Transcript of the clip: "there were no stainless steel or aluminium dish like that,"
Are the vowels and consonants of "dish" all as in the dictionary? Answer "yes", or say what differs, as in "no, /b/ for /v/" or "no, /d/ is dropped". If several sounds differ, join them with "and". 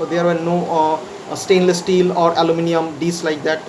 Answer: no, /s/ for /ʃ/